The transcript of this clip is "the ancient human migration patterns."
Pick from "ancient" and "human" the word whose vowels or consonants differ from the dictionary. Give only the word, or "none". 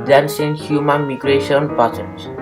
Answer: ancient